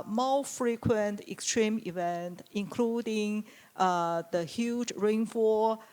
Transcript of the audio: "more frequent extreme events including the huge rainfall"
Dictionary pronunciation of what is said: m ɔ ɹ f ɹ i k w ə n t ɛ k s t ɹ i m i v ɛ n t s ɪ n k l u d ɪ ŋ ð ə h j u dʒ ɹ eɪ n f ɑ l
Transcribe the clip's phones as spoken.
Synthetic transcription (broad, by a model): m ɔ f ɹ i k w ə n t ɛ k s t ɹ i m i v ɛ n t ɪ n k l u d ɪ ŋ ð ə h j u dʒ ɹ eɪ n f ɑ